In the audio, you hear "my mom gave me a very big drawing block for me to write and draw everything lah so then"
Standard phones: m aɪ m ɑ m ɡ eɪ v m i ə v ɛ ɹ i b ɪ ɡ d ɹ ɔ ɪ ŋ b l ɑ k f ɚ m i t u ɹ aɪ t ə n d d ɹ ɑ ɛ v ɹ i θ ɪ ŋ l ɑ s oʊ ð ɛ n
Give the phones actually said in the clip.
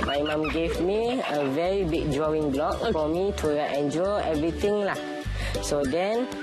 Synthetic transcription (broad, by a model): m aɪ m ɑ m ɡ eɪ v m i ə v ɛ ɹ i b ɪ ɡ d ɹ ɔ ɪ ŋ b l ɑ k f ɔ m i t u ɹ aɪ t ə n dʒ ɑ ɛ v ɹ i t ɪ ŋ l ɑ s oʊ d ɛ n